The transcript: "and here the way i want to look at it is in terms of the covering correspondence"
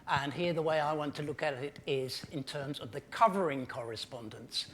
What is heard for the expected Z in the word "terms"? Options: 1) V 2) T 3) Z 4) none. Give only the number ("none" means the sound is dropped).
3